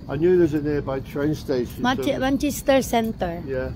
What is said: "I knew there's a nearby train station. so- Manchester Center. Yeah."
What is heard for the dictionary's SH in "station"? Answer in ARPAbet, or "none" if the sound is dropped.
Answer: none